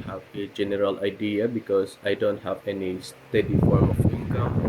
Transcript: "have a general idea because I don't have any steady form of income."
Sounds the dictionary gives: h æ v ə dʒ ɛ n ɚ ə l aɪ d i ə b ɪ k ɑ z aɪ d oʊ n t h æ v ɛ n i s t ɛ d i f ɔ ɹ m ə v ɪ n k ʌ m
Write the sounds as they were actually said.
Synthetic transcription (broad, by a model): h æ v ə dʒ ɛ n ɚ ə l aɪ d i ə b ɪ k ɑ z aɪ d oʊ n t h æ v ɛ n i s t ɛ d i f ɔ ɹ ə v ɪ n k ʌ m